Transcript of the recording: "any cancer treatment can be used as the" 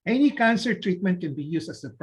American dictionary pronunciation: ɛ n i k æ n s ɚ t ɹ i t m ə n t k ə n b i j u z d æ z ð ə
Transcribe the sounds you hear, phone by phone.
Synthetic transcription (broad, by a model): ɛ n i k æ n s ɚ t ɹ i t m ə n t k ə n b i j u s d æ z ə